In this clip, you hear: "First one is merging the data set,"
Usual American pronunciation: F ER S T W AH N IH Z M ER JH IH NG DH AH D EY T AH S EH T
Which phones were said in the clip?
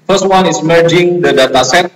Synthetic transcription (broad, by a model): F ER S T W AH N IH S M ER JH IH NG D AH D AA T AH S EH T